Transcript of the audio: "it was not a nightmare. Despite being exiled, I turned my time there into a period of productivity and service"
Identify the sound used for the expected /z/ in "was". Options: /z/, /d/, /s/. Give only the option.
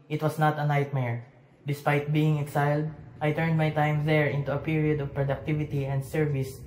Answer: /s/